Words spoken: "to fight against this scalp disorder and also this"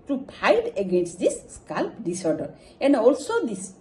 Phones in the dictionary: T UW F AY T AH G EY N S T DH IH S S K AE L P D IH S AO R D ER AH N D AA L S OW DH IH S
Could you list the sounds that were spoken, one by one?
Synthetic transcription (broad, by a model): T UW P AY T AH G EY N S T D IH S S K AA L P D IH S AO R D ER AH N D AA L S OW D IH S